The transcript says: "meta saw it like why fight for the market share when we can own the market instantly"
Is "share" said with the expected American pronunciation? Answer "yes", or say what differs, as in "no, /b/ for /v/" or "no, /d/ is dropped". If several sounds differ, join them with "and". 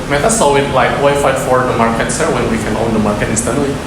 no, /s/ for /ʃ/